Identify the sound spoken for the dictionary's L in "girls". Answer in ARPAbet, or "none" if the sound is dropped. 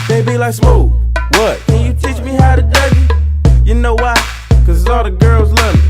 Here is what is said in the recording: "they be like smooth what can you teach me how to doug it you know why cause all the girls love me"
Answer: L